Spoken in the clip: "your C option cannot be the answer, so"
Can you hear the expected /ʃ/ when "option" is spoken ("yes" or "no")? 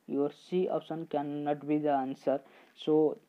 no